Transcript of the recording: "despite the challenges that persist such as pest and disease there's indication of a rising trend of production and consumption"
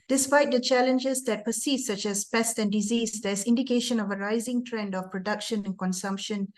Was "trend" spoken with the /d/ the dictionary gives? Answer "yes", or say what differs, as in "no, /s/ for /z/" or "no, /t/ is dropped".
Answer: yes